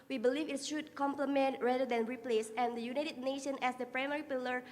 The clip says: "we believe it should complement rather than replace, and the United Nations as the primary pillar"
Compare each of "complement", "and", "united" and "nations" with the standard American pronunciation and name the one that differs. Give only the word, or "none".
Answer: nations